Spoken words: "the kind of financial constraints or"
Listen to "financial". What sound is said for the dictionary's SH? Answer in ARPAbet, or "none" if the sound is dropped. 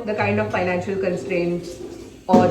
SH